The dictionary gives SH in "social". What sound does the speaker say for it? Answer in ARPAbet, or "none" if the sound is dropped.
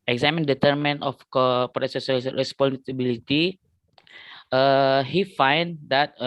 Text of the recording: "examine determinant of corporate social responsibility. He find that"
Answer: S